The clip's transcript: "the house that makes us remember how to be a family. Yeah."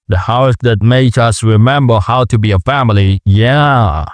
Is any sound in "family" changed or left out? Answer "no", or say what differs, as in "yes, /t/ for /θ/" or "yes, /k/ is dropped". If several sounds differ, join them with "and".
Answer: no